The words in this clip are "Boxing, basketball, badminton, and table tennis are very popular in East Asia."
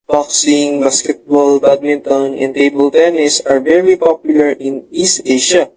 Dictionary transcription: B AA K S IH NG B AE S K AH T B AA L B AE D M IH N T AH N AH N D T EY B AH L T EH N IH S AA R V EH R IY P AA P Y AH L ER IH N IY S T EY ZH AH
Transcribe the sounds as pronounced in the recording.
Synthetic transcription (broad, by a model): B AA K S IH NG B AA S K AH T B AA L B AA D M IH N T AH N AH N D T EY B AH L T EH N IH S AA R V EH R IY P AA P Y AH L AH IH N IY S T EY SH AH